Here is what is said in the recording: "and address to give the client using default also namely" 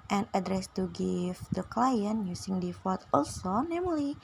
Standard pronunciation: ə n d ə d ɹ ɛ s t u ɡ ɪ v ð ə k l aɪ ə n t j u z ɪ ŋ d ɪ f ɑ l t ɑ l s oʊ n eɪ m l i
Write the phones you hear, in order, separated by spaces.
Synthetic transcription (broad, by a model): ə n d ə d ɹ ɛ s t u ɡ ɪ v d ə k l aɪ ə n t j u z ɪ ŋ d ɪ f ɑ t ɑ l s oʊ n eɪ m l i